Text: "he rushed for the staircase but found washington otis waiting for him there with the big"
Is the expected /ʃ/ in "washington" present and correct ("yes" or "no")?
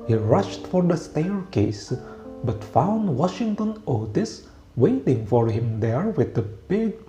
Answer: yes